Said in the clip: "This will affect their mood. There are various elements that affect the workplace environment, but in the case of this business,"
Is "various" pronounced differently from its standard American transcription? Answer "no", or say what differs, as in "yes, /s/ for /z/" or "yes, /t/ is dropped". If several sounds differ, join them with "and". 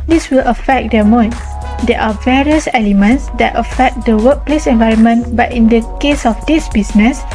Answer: no